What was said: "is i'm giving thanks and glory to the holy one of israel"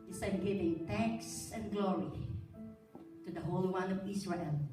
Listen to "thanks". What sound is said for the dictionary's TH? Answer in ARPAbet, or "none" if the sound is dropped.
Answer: T